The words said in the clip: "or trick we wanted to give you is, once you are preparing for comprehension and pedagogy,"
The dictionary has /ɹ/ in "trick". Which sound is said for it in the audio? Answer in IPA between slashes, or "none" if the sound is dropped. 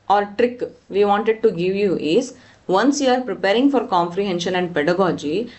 /ɹ/